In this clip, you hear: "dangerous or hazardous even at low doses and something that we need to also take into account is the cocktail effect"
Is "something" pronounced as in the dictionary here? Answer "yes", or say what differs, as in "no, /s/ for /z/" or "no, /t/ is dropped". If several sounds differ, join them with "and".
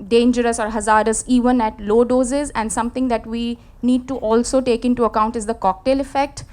no, /t/ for /θ/